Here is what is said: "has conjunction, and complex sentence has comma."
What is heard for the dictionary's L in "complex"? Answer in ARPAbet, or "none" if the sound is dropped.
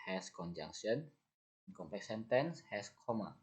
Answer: none